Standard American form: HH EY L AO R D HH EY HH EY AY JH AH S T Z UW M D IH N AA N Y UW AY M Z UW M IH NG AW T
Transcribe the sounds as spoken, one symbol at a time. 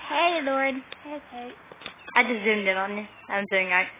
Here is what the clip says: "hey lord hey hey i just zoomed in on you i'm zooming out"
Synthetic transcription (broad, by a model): HH EY L AO R D HH EY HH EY AY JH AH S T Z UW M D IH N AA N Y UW AY M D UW IH NG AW